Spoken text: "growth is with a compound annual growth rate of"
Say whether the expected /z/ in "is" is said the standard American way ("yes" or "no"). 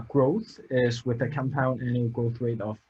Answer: yes